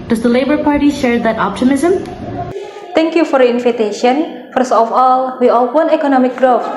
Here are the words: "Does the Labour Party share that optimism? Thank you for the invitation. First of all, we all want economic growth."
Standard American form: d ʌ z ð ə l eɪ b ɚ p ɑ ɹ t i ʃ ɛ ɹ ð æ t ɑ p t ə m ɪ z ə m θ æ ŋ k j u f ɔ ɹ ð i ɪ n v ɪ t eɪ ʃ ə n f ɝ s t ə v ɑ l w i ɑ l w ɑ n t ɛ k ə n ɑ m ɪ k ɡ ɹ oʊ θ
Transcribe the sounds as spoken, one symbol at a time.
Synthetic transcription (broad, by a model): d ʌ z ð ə l eɪ b ɚ p ɑ ɹ t i ʃ ɛ ɹ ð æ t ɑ p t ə m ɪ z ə m t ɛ ŋ k j u f ɔ ɹ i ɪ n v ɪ t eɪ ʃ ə n f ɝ s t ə f ɑ l w i ɑ l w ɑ n ɛ k ə n ɑ m ɪ k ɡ ɹ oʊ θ